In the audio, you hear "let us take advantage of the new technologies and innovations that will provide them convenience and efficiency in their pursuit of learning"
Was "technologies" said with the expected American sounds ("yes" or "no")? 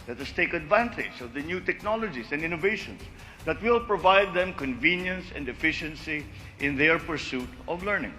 no